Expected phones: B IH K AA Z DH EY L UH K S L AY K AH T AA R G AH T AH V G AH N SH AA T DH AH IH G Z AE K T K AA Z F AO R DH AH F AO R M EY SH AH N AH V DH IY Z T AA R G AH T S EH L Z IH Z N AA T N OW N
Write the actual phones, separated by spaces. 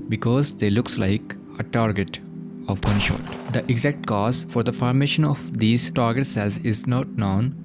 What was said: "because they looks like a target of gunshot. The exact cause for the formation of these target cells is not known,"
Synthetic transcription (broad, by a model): B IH K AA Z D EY L UH K S L AY K AH T AA R G AH T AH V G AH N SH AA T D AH IH G Z AE K T K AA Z F AO R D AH F AO R M EY SH AH N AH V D IY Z T AA R G AH T S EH L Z IH Z N AA T N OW N